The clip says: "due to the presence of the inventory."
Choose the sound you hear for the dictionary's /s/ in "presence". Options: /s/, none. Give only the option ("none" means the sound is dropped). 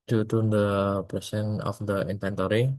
none